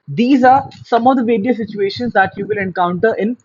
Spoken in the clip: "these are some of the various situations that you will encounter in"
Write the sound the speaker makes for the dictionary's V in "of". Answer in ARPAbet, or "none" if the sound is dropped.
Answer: V